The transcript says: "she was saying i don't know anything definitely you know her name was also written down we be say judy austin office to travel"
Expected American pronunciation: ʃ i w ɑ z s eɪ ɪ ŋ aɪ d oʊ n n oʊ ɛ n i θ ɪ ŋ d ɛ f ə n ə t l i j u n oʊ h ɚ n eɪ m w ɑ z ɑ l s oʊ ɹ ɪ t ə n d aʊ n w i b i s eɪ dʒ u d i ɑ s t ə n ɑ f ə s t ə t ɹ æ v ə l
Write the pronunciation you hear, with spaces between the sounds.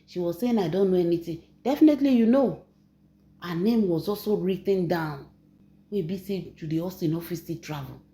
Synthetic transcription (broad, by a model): ʃ i w ɑ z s eɪ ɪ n aɪ d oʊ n n oʊ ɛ n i t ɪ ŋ d ɛ f ə n ə t l i j u n oʊ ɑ n eɪ m w ɑ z ɑ l s oʊ ɹ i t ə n d aʊ n w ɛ b i s eɪ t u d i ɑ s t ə n ɑ f ə s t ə t ɹ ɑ v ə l